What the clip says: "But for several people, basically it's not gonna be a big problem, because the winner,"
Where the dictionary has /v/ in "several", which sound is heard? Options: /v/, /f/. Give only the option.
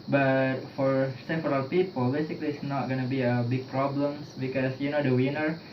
/f/